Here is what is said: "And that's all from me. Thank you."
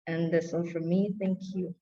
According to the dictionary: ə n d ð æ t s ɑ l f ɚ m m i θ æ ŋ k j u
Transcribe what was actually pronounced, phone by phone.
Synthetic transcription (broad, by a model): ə n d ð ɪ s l f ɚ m m i θ æ ŋ k j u